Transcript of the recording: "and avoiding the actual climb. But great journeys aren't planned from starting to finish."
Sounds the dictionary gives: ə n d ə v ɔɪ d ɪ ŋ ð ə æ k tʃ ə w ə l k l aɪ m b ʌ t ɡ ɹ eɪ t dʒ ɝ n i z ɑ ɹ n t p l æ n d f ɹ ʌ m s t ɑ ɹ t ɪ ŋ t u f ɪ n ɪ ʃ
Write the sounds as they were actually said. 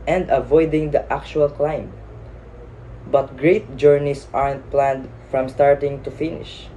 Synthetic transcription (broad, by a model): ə n d ə v ɔɪ d ɪ ŋ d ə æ k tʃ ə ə l k l aɪ m b ʌ t ɡ ɹ eɪ t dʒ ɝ n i s ɑ ɹ n t p l æ n d f ɹ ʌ m s t ɑ ɹ t ɪ ŋ t u f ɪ n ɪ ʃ